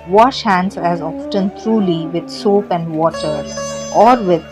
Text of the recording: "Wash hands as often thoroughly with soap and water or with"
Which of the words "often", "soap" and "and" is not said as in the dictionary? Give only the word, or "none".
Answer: none